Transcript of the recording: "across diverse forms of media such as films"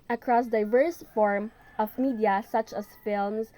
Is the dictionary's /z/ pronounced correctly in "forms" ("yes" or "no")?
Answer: no